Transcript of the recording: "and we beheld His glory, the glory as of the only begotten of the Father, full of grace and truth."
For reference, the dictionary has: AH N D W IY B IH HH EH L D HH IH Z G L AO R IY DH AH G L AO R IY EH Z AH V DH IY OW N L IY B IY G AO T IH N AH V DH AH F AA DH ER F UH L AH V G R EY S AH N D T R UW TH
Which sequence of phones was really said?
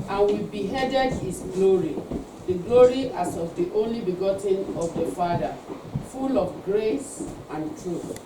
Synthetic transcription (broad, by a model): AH N W IY B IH HH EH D D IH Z G L AO R IY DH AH G L AO R IY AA S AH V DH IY OW N L IY B IY G AO T IH N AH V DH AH F AA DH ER F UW L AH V G R EY S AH N T R UW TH